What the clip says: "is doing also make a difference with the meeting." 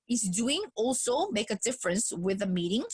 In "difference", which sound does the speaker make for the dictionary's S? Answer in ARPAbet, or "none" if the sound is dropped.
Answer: S